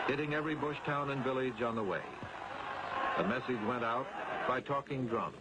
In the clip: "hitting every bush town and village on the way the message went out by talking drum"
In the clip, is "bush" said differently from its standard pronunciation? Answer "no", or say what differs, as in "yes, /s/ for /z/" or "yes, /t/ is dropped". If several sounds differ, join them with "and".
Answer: no